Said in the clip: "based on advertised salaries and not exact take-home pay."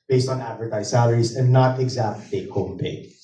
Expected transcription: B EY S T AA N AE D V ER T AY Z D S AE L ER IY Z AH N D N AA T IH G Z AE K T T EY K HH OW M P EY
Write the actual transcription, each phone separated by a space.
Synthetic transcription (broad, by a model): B EY S T N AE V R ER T AY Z S AE L ER IY Z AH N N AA T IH G Z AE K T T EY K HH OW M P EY